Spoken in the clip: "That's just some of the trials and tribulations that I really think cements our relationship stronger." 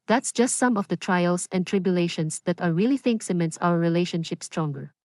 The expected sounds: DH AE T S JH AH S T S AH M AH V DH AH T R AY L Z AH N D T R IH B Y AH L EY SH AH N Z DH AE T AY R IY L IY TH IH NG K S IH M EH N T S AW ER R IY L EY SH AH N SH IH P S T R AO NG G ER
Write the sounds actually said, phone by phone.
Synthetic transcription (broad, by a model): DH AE T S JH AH S T S AH M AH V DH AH T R AY L S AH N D T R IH B Y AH L EY SH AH N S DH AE T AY R IY L IY TH IH NG K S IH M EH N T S AW ER R IY L EY SH AH N SH IH P S T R AO NG G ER